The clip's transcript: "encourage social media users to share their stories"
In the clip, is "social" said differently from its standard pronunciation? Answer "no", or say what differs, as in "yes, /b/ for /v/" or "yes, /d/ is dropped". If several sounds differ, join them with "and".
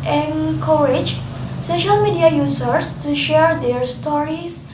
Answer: no